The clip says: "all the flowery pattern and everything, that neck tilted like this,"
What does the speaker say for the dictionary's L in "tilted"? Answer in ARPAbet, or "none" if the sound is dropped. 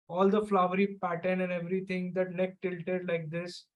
L